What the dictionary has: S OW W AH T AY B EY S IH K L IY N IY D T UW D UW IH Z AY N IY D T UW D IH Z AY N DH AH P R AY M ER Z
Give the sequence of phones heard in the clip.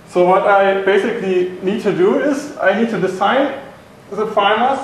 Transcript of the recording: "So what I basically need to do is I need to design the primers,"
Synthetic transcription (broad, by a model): S OW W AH T AY B EY S IH K L IY N IY D T UW D UW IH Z AY N IY D T UW D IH S AY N DH AH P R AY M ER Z